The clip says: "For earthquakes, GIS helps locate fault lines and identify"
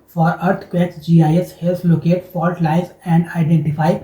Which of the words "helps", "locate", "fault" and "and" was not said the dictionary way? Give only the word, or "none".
helps